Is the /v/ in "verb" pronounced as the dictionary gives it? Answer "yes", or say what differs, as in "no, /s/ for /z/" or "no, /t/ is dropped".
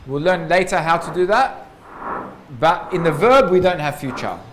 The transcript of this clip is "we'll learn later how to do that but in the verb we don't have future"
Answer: yes